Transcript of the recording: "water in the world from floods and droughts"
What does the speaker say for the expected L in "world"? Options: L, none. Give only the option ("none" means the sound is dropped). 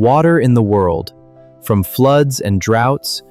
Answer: L